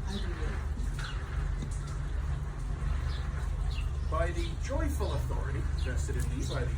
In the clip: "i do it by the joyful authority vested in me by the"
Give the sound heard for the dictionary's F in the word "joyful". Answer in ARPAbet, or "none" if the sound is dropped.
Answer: F